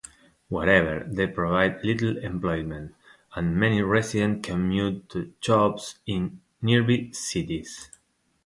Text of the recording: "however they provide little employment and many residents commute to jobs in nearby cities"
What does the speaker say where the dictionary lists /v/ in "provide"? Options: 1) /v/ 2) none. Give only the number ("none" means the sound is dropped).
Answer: 1